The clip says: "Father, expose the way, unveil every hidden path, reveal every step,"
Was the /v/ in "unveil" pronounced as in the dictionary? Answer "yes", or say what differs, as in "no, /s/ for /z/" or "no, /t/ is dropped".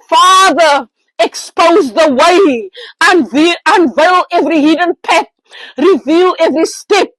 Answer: yes